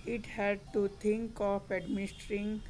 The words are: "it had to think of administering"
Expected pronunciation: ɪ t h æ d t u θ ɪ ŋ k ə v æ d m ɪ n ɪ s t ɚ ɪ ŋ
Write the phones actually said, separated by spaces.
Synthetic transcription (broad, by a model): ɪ t h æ d t u t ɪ ŋ k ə p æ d m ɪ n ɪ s t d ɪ ŋ